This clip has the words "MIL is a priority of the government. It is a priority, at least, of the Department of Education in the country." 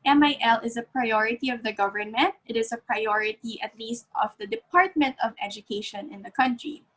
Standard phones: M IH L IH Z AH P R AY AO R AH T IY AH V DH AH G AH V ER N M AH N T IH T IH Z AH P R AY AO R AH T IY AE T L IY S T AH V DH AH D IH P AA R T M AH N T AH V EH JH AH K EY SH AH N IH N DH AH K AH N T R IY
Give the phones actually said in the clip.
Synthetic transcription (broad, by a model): M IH L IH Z AH P R AY AO R AH T IY AH V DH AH G AH V ER N M AH N T IH T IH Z AH P R AY AO R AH T IY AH T L IY S T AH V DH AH D IH P AA R T M AH N T AH V EH JH AH K EY SH AH N IH N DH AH K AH N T R IY